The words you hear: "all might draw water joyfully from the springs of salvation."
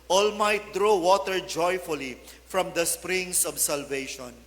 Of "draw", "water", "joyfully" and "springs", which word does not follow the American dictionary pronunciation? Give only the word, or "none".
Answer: springs